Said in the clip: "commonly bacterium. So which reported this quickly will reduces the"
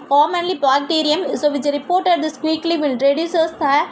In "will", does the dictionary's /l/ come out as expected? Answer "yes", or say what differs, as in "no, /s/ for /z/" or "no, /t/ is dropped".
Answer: no, /n/ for /l/